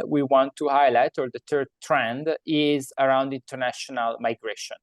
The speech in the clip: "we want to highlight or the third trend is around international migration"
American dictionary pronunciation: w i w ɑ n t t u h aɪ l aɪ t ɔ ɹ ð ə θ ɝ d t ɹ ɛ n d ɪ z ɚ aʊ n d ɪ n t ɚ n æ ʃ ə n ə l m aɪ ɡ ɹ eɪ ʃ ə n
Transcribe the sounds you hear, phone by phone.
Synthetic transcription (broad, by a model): w i w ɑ n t t u h aɪ l aɪ t ɔ ɹ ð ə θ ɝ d t ɹ ɛ n d ɪ z ɚ aʊ n d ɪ n t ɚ n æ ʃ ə n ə l m aɪ ɡ ɹ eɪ ʃ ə n